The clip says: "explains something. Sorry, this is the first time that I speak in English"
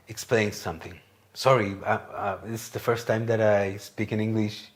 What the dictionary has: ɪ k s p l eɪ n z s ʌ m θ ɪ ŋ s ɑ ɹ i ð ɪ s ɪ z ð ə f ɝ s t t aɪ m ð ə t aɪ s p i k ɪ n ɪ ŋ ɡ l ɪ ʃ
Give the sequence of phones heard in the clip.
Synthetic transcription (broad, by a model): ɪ k s p l eɪ n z s ʌ m θ ɪ ŋ s ɑ ɹ i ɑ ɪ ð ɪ s ð ə f ɝ s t t aɪ m ð ə t aɪ s p i k ɪ n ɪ ŋ ɡ l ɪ ʃ